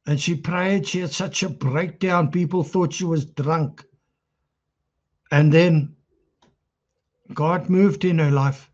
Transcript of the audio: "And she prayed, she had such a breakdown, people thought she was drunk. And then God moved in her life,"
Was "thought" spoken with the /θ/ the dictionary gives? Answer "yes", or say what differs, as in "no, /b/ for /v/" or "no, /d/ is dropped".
yes